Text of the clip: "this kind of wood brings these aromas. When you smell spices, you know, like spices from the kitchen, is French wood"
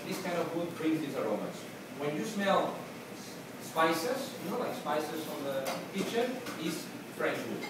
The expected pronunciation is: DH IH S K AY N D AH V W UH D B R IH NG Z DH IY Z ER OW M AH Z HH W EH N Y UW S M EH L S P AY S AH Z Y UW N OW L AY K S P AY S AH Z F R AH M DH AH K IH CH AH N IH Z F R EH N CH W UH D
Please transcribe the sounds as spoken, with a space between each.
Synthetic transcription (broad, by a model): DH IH S K AY N D AH V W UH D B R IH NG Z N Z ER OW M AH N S W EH N Y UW S M EH L S P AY S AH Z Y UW N OW L AY K S P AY S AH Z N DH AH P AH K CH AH IH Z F R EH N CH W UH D